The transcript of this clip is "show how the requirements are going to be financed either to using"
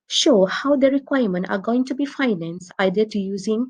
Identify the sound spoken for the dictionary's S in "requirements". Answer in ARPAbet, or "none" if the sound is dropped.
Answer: none